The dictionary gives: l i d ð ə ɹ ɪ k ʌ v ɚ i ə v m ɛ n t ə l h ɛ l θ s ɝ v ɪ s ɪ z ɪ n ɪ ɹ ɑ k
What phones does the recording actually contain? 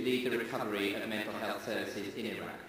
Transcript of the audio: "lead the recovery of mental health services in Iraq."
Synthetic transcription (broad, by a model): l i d ð ə ɹ ɪ k ʌ v ɚ i ə v m ɛ n t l h ɛ l θ s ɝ v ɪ s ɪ z ɪ n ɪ ɹ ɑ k